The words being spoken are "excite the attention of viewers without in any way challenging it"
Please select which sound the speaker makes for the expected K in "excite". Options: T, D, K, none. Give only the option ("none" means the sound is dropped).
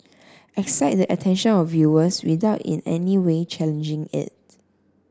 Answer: K